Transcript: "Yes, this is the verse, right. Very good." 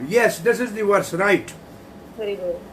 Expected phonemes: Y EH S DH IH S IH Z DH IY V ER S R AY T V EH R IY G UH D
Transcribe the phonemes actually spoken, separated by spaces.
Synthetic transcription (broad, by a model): Y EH S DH IH S IH Z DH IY W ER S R AY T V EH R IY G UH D